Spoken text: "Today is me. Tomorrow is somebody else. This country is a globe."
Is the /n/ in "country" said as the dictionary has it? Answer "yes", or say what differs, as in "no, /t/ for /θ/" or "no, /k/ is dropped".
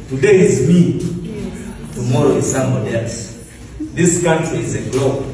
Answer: no, /n/ is dropped